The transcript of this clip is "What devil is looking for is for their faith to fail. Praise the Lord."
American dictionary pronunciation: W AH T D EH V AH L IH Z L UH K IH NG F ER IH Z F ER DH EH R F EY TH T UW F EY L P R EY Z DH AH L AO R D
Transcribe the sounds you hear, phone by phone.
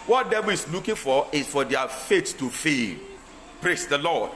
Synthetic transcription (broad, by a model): W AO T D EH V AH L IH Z L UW K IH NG F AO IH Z F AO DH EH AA F EY T T UW F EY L P R EY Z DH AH L AO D